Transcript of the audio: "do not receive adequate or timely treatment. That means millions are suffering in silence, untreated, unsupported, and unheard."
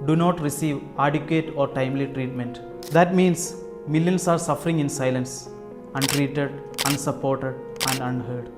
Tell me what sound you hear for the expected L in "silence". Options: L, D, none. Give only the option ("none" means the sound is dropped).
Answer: L